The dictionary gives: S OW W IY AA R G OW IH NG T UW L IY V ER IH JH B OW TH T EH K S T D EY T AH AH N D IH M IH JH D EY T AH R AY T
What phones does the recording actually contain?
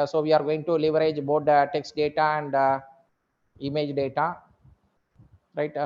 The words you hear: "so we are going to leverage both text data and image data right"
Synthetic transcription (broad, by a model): S OW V IY AA R G OW IH NG T UW L IY V ER IH JH B OW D T EH K S T D EY T AH AH N D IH M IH JH D EY T AH R AY T